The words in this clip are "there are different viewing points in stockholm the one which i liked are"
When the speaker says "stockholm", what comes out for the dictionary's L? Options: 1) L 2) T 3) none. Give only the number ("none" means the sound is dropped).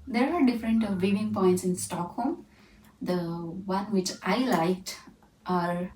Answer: 1